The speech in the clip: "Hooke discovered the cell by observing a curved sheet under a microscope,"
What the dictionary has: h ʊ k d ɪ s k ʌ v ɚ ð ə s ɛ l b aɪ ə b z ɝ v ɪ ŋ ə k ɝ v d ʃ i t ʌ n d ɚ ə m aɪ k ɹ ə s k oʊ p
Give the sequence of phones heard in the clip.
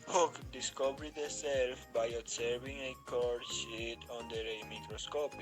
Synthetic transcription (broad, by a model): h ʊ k d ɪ s k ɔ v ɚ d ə s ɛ l b aɪ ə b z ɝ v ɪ ŋ ə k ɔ d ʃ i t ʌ n d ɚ ə m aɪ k ɹ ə s k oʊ p